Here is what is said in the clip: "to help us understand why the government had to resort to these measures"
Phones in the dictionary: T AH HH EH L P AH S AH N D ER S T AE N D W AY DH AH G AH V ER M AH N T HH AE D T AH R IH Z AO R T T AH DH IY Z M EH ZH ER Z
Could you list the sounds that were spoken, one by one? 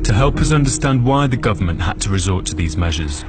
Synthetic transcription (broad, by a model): T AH HH EH L P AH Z AH N D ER S T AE N D W AY DH AH G AH V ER M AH N T HH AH D T AH R IH Z AO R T T AH DH IY Z M EH ZH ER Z